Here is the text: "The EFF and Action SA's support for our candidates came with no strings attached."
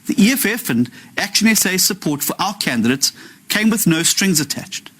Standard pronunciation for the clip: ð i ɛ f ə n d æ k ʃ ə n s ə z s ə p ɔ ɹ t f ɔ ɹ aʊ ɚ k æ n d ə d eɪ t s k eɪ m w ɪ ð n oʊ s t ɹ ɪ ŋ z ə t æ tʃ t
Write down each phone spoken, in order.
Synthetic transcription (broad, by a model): ð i ɛ f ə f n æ k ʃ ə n s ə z s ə p ɔ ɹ t f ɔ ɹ aʊ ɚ k æ n d ə d eɪ t s k eɪ m w ɪ ð n oʊ s t ɹ ɪ ŋ z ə t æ tʃ t